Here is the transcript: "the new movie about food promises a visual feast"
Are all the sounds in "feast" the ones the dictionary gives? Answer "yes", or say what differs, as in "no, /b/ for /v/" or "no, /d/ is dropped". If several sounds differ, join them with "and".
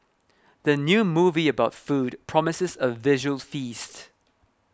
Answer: yes